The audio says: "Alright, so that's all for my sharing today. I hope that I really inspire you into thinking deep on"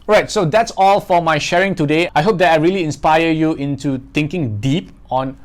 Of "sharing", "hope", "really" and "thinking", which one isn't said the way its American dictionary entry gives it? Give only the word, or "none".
thinking